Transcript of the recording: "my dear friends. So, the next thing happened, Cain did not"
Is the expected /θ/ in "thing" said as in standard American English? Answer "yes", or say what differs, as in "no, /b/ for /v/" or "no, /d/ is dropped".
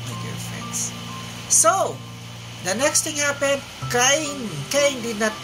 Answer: no, /t/ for /θ/